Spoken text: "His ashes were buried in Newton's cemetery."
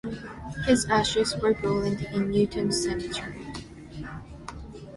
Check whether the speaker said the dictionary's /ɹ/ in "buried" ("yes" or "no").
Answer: no